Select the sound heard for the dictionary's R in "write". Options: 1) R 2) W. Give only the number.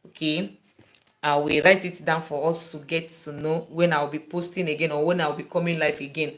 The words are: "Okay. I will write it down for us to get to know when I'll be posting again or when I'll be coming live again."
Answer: 1